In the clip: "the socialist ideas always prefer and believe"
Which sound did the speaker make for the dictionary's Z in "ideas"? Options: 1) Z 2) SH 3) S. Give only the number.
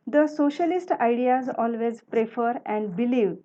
1